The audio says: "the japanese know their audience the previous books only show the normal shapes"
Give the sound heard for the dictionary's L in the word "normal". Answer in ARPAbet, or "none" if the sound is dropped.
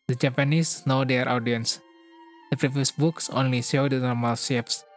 L